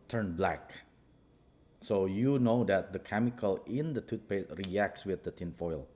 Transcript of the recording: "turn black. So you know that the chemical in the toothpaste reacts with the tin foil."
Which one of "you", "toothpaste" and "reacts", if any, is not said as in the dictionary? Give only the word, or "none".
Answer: toothpaste